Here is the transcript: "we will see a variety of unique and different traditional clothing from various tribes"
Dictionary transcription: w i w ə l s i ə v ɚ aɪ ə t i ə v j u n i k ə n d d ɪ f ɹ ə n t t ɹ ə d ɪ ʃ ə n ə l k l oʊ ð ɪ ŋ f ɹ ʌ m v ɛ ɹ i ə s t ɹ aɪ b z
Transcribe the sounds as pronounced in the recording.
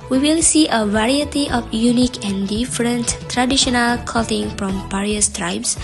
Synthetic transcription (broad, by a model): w i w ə l s i ə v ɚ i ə t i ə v j u n i k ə n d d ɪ f ɹ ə n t t ɹ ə d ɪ ʃ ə n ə l k oʊ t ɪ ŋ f ɹ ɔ m p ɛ ɹ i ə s t ɹ aɪ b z